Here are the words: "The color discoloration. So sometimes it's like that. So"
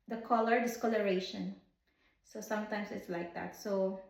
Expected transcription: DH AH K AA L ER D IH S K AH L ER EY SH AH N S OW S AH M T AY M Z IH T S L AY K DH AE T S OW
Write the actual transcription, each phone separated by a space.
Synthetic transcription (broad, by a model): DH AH K AA L ER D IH S K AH L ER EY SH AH N S OW S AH M T AY M S IH T S L AY K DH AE T S OW